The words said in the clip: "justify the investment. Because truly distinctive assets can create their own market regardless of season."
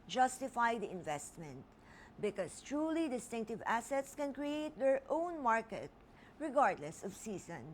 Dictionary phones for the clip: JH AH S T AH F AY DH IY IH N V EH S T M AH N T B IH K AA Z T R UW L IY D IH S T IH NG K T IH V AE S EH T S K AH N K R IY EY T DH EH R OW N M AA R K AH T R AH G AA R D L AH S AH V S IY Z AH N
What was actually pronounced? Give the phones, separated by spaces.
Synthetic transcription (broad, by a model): JH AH S T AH F AY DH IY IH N V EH S T M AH N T B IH K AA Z T R UW L IY D IH S T IH NG K T IH V AE S EH T S K AH N K R IY EY T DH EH R OW N M AA R K AH T R AH G AA R D L AH S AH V S IY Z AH N